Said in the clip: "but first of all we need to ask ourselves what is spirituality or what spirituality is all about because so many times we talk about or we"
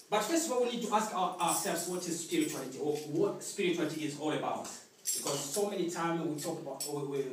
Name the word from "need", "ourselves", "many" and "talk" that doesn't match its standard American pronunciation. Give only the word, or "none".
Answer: ourselves